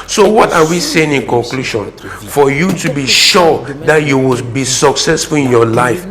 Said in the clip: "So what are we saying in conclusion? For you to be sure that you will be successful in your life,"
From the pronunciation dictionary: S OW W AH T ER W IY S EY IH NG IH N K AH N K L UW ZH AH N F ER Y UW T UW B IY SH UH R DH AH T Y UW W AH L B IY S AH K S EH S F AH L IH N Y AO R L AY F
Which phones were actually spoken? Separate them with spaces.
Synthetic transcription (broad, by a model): S OW W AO T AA W IY S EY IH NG IH N K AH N K L UW SH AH N F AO Y UW T UW B IY SH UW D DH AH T Y UW W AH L B IY S AH K S EH S F AH L IH N Y AO L AY F